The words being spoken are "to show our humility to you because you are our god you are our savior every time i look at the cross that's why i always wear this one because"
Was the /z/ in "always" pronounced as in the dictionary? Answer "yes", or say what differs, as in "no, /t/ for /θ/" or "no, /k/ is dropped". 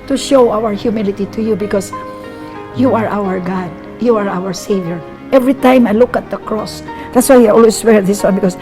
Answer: no, /s/ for /z/